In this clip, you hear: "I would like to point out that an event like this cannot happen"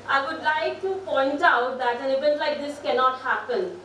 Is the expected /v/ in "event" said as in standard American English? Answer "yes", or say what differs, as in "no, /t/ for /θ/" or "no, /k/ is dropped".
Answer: no, /b/ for /v/